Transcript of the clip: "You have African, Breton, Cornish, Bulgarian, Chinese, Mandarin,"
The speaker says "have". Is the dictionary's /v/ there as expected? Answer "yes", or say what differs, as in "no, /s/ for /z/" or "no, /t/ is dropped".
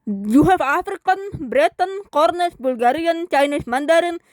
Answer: no, /f/ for /v/